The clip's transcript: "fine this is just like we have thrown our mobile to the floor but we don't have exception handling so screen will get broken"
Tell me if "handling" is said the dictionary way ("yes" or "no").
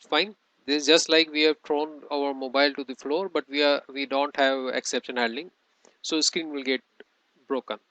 no